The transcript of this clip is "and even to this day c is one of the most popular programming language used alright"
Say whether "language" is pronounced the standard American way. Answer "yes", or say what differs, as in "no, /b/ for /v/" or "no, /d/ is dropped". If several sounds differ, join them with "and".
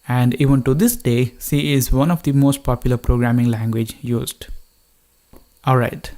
yes